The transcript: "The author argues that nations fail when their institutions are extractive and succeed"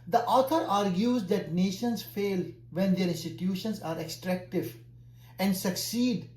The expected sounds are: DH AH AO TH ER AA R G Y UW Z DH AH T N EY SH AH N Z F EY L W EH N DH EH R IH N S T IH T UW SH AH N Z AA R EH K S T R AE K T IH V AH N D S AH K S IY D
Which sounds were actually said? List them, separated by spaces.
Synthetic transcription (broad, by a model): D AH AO T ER AA R G Y UW Z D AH T N EY SH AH N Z F EY L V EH N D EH R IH N S T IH T UW SH AH N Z AA R EH K S T R AE K T IH V AH N D S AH K S IY D